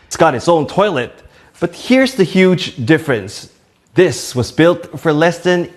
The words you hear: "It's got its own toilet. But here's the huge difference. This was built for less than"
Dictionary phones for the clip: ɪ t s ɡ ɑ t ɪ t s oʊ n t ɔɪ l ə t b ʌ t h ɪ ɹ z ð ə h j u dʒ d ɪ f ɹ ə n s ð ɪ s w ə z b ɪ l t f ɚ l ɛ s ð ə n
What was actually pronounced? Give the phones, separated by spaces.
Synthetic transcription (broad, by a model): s ɡ ɑ t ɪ t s oʊ n t ɔɪ l ə t b ʌ t h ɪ ɹ z ð ə h j u dʒ d ɪ f ɹ ə n s ð ɪ s w ə z b ɪ l t f ɚ l ɛ s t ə n